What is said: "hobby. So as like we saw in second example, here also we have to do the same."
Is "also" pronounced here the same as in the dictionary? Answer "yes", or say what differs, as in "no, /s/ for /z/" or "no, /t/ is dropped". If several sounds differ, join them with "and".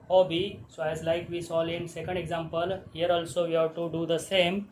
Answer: yes